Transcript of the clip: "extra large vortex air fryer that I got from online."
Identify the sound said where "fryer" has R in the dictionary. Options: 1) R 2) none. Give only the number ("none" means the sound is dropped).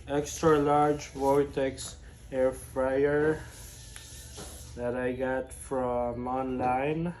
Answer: 1